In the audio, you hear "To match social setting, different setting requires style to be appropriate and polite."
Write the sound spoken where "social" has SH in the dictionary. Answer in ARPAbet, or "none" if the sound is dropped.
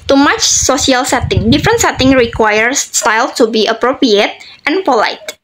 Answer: S